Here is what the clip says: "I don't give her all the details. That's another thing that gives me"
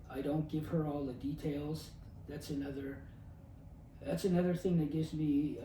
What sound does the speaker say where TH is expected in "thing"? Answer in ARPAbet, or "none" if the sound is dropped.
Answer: TH